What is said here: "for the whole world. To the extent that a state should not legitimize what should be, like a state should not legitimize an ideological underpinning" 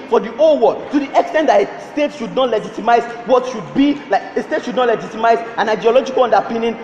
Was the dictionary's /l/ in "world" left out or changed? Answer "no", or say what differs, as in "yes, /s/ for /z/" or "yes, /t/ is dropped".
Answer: yes, /l/ is dropped